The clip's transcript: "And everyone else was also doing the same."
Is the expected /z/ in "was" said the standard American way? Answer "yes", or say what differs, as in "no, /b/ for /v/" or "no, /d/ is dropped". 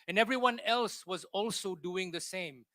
yes